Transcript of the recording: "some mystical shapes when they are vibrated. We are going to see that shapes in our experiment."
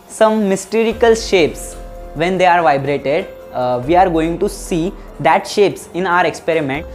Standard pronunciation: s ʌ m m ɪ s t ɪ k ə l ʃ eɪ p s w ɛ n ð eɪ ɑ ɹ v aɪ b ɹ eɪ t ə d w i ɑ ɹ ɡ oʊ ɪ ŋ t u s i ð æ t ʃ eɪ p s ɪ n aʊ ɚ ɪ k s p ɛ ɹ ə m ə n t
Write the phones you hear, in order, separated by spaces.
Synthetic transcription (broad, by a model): s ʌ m m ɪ s t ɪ k ə l ʃ eɪ p s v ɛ n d eɪ ɑ ɹ v aɪ b ɹ eɪ t ə d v i ɑ ɹ ɡ oʊ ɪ ŋ t u s i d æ t ʃ eɪ p s ɪ n aʊ ɚ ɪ k s p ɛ ɹ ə m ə n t